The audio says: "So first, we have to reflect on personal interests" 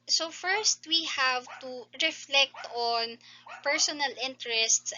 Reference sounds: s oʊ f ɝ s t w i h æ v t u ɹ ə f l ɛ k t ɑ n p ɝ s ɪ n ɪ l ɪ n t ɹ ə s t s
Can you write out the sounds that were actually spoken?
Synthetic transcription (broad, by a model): s oʊ f ɝ s t w i h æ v t u ɹ ə f l ɛ k t ɑ n p ɝ s ɪ n ɪ l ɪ n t ɹ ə s t s